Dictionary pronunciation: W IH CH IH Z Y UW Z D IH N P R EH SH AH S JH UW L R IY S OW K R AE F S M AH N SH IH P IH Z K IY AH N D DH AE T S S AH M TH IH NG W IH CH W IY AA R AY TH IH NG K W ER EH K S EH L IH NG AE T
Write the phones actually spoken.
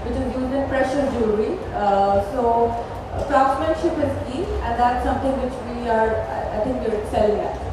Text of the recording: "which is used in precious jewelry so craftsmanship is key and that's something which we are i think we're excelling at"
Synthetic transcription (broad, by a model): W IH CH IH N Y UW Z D IH N P R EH SH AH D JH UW R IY S OW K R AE S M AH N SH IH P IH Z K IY AH N D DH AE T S S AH M T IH NG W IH CH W IY AA R AY T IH NG K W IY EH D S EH L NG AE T